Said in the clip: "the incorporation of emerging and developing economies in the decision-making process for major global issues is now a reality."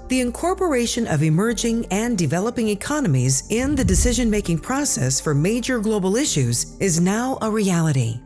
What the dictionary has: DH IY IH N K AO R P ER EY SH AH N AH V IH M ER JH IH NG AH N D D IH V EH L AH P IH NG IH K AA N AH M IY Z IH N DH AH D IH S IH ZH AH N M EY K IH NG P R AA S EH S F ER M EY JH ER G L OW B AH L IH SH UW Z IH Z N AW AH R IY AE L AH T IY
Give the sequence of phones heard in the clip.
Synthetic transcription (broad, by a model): DH IY IH N K AO R P ER EY SH AH N AH V IH M ER JH IH NG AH N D D IH V EH L AH P IH NG IH K AA N AH M IY Z IH N DH AH D IH S IH ZH AH N M EY K IH NG P R AA S EH S F ER M EY JH ER G L OW B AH L IH SH UW Z IH Z N AW AH R IY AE L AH T IY